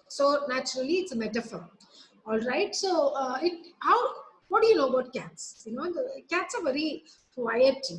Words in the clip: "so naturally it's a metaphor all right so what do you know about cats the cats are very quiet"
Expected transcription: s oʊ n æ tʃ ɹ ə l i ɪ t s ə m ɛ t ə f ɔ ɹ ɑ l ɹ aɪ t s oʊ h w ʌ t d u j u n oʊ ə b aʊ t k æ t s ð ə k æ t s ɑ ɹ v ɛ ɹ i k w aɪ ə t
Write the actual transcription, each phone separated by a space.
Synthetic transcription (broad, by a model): s oʊ n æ tʃ ɹ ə l i ɪ t s ə m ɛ t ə f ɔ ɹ ɑ l ɹ aɪ t s oʊ h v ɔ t d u j u n oʊ ə b aʊ t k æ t s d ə k æ t s ɑ ɹ v ɛ ɹ i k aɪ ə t